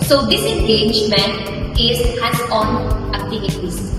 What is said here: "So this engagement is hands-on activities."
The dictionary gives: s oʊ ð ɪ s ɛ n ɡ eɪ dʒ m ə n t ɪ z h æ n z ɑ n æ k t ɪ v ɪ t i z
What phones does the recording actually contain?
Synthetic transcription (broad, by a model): s oʊ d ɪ s ɛ n ɡ eɪ dʒ m ə n t ɪ z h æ z ɑ n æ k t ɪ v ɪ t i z